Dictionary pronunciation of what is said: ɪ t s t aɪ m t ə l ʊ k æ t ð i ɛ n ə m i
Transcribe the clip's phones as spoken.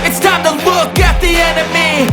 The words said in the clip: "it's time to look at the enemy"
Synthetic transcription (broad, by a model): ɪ t s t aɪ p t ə w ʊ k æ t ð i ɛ n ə m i